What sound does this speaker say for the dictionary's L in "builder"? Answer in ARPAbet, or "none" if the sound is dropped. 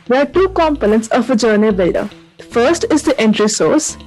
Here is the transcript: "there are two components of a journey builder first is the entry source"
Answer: none